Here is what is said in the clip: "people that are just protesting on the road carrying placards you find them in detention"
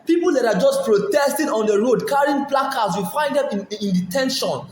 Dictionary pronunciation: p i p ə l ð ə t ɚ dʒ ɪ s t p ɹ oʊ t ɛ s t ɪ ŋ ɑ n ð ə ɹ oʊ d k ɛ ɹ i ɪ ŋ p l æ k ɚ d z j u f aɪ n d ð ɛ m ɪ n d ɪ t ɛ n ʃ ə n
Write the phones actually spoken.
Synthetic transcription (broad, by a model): p i p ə l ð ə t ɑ dʒ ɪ s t p ɹ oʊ t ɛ s t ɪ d ɑ n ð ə ɹ oʊ d k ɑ ɹ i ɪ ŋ p l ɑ k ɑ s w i f aɪ n d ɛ m ɪ n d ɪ t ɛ n ʃ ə n